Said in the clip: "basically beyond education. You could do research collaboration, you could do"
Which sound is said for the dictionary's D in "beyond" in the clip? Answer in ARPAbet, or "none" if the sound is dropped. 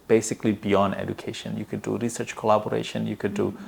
D